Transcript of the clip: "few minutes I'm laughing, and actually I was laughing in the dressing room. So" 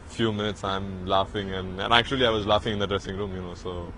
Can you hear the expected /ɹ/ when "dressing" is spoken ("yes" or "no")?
yes